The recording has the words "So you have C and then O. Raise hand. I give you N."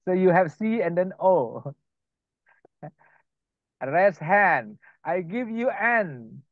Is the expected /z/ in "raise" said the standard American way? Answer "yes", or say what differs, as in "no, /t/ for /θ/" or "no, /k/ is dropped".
no, /s/ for /z/